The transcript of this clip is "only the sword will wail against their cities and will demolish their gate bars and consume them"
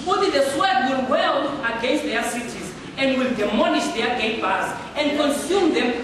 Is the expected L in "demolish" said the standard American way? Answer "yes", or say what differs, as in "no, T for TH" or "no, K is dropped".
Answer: no, N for L